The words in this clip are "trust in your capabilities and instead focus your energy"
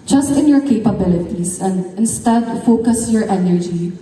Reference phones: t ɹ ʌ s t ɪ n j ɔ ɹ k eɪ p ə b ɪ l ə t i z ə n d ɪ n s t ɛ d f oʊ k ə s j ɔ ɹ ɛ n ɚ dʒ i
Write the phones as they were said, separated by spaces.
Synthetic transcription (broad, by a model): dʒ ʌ s t ɪ n j ɔ ɹ k eɪ p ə b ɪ l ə t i s ə n d ɪ n s t ɛ d f oʊ k ə s j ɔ ɹ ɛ n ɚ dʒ i